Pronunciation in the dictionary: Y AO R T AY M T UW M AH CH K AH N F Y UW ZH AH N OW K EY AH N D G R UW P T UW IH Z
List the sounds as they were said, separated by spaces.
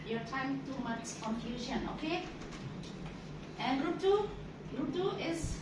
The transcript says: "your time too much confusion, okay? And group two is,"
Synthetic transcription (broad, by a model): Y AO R T AY M T UW M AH S K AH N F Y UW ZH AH N OW K EY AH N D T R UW T UW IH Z